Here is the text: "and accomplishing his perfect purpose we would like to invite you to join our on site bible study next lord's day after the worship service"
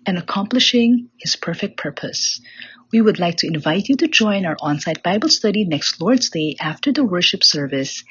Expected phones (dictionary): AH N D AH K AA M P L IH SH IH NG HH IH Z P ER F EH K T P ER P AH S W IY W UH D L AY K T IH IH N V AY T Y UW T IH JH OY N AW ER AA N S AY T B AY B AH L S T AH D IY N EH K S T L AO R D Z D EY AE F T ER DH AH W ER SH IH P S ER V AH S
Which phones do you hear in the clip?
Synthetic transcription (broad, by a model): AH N AH K AA M P L IH SH IH NG HH IH Z P ER F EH K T P ER P AH S W IY W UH D L AY K T IH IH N V AY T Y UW T IH JH OY N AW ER AA N S AY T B AY B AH L S T AH D IY N EH K S T L AO R D Z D EY AE F T ER DH AH W ER SH IH P S ER V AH S